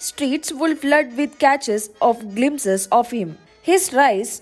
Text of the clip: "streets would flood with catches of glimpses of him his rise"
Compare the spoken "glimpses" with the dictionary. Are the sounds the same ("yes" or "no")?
no